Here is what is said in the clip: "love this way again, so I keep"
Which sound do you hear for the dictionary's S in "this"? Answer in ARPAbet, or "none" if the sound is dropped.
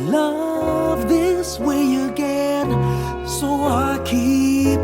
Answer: S